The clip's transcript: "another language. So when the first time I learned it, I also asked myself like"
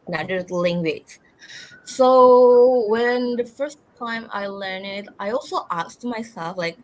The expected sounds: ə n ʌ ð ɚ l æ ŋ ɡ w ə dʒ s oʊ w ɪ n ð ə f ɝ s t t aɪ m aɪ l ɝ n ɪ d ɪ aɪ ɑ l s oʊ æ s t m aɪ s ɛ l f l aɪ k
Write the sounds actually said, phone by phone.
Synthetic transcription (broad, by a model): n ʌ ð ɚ l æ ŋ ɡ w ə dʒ s oʊ w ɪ n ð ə f ɝ s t t aɪ m aɪ l ɝ n ɪ d ɪ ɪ ɑ l s oʊ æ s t m aɪ s ɛ l f l aɪ k